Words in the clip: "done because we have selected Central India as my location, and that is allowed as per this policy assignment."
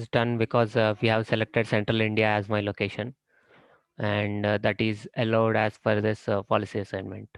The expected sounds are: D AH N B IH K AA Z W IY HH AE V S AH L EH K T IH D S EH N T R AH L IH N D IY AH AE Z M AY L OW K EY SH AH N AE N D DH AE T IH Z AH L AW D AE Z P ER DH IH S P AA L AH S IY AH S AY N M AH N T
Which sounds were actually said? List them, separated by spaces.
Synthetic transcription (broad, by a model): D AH N B IH K AA Z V IY HH AE V S AH L EH K T IH D S EH N T R AH L IH N D IY AH AE Z M AY L OW K EY SH AH N AE N D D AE T IH Z AH L AW D AE Z F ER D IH S P AA L AH S IY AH S AY N M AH N T